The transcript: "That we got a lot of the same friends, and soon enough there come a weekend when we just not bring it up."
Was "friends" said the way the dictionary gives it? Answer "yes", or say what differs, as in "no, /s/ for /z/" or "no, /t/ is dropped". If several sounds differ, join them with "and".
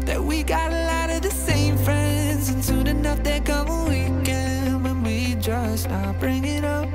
yes